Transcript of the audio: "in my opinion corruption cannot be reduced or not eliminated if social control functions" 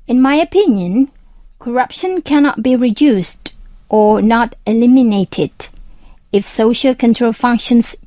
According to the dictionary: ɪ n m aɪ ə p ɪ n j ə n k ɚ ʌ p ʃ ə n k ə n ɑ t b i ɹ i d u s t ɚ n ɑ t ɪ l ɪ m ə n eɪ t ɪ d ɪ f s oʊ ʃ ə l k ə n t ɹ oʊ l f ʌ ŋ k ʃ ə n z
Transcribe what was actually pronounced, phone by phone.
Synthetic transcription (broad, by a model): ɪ n m aɪ ə p ɪ n j ə n k ɚ ʌ p ʃ ə n k ə n ɑ t b i ɹ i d u s t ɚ n ɑ t ɪ l ɪ m ə n eɪ t ɪ d ɪ f s oʊ ʃ ə l k ə n t ɹ oʊ l f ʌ ŋ k ʃ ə n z